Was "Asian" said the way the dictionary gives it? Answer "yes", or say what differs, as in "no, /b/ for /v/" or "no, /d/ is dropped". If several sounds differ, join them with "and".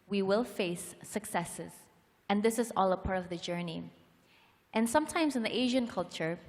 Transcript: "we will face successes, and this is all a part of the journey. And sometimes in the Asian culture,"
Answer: yes